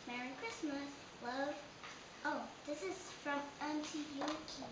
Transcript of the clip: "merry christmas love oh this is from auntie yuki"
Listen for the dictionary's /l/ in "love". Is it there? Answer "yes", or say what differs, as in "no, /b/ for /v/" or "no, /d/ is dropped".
no, /w/ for /l/